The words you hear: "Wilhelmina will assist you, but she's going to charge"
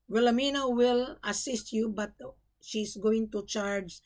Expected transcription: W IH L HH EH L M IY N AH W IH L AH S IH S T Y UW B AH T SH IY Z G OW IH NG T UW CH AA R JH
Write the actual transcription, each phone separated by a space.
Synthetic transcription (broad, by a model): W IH L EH M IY N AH W IH L AH S IH S T Y UW B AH T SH IY S G OW IH NG T UW CH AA R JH